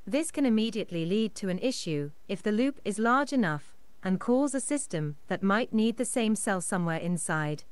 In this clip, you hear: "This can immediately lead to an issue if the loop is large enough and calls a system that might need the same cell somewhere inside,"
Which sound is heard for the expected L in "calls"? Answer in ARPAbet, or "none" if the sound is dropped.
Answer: none